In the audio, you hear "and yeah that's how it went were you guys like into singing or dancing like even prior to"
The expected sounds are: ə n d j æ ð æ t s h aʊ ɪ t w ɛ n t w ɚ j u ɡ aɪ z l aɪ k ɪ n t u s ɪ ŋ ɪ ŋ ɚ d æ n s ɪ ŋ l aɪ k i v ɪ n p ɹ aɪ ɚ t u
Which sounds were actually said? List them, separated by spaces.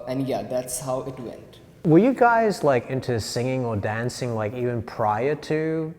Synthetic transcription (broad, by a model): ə n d j æ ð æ t s h aʊ ɪ t w ɛ n t w ɚ j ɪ ɡ aɪ z l aɪ k ɪ n t u s ɪ ŋ ɪ ŋ ɚ d æ n s ɪ ŋ l aɪ k i v ɪ n p ɹ aɪ ɚ t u